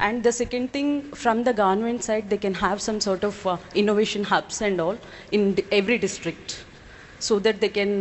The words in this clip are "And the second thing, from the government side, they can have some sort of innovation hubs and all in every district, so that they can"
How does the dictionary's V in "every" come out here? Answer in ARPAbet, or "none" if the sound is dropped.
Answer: V